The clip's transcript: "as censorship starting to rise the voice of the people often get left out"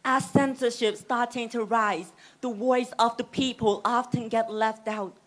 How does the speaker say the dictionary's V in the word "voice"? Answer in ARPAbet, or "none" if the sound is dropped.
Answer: W